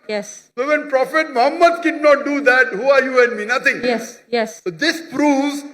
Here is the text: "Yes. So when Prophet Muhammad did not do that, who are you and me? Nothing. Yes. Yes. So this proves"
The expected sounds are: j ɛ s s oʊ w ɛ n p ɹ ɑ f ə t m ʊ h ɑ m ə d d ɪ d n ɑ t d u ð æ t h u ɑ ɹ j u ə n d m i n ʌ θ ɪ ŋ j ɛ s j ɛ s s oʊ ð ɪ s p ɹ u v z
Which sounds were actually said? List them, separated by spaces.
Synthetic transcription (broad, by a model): j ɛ s s oʊ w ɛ n p ɹ ɑ f ə t m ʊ h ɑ m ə d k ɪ d n ɑ t d u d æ t h u ɑ ɹ j u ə n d m i n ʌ t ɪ ŋ j ɛ s j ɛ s s oʊ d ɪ s p ɹ u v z